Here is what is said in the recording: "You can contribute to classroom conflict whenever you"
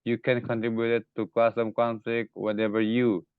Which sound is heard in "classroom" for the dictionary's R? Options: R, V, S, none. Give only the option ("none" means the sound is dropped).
none